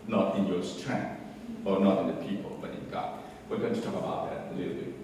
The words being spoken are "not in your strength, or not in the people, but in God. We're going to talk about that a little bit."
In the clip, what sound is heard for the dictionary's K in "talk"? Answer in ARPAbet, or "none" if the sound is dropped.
K